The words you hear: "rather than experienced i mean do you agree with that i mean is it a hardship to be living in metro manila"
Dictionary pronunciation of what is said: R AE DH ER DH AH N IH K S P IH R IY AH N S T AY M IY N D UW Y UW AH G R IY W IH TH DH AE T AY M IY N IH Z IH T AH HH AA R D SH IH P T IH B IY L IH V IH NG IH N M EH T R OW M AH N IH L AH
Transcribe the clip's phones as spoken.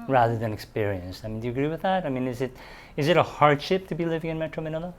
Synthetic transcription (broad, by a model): R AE DH ER DH AH N IH K S P IH R IY AH N S T AY M IY N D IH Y AH G R IY W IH DH AE T AY M IY N IH Z IH T AH HH AA R D SH IH P T IH B IY L IH V IH NG IH N M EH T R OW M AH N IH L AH